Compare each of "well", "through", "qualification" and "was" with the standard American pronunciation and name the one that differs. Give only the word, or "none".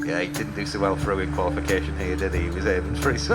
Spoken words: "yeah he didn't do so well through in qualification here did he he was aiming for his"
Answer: through